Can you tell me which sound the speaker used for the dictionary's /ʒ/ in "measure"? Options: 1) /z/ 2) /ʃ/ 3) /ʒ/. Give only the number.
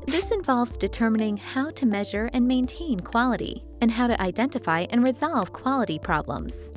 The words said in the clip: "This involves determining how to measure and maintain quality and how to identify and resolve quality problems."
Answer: 3